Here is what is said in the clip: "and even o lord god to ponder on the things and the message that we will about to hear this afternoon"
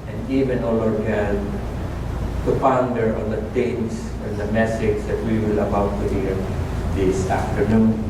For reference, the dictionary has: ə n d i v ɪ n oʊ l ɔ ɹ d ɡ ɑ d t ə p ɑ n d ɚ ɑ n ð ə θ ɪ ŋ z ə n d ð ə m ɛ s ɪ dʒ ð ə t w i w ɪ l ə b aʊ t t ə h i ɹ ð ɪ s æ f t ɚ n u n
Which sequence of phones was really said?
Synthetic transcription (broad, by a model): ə n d i v ɪ n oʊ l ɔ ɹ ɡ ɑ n t ə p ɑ n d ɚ ɑ n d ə t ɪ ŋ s ə n d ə m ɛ s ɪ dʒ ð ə t w i w ɪ l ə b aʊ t t ə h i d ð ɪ s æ f t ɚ n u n